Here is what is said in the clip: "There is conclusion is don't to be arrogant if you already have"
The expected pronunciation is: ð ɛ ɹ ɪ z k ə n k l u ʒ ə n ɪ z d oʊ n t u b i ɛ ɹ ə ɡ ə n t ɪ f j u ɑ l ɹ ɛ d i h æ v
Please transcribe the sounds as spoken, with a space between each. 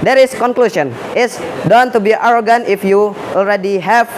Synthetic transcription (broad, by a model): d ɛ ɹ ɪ s k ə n k l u s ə n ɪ s d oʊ n t u b i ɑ ɹ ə ɡ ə n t ɪ f j u ɑ l ɹ ɛ d i h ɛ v